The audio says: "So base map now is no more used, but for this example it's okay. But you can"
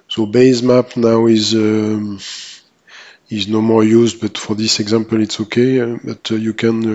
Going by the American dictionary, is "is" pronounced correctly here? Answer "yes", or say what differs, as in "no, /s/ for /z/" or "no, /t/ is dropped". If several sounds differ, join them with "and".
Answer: yes